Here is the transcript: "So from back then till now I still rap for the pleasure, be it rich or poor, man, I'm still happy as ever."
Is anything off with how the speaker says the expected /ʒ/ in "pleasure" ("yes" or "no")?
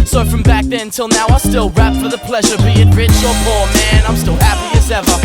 no